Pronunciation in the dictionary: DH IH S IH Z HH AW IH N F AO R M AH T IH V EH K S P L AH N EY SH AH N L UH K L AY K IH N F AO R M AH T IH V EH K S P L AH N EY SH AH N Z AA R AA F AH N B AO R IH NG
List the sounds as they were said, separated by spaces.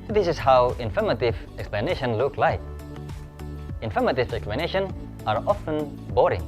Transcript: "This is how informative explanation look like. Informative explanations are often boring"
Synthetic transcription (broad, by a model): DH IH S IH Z HH AW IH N F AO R M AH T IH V EH K S P L AH N EY SH AH N L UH K L AY K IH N F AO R M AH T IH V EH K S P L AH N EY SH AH N AA R AA F AH N B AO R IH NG